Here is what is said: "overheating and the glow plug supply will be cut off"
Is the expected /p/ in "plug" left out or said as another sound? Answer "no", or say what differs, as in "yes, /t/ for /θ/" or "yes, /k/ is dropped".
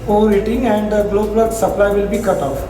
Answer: yes, /b/ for /p/